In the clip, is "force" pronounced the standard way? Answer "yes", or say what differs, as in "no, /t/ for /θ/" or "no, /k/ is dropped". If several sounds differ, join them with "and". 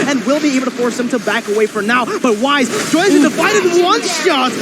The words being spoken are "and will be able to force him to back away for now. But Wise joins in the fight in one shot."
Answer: yes